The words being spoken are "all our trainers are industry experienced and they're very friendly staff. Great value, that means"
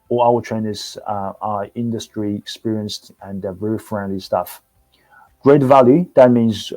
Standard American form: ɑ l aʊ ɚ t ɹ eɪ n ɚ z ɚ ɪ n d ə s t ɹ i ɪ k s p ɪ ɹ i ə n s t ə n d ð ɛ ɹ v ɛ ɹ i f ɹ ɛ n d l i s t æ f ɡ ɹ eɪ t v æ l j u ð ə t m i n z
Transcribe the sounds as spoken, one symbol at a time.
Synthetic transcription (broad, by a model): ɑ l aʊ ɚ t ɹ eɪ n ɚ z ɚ ɪ n d ə s t ɹ i ɪ k s p ɪ ɹ i ə n s t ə n v ɛ ɹ i f ɹ ɛ n d l i s t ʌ f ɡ ɹ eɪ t v æ l j u ð ə t m i n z